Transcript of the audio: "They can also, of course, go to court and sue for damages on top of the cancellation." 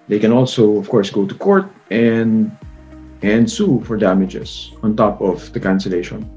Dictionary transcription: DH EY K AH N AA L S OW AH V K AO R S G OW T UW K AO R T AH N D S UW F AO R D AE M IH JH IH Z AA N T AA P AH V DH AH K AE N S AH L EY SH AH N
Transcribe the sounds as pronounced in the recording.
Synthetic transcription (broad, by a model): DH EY K AH N AA L S OW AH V K AO R S G OW T UW K AO R T AH N D S UW F AO R D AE M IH JH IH S AA N T AA P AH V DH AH K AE N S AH L EY SH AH N